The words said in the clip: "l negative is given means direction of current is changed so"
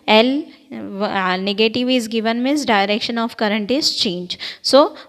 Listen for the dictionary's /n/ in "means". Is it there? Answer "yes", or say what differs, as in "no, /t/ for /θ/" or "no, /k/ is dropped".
no, /n/ is dropped